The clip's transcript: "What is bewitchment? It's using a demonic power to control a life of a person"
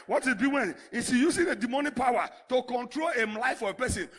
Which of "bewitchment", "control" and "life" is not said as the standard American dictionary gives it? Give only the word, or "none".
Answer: bewitchment